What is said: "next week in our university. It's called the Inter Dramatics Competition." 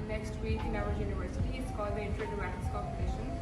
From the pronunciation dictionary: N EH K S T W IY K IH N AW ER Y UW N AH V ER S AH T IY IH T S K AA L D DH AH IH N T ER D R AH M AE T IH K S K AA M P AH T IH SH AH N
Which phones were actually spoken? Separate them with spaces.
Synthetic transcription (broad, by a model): N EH K S T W IY K IH N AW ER Y UW N AH V ER S AH T IY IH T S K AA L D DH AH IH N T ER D AH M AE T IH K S K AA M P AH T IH SH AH N